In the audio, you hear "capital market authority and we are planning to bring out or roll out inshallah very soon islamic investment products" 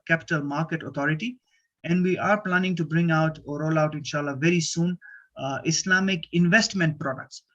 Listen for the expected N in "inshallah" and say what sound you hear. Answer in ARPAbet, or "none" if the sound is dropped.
N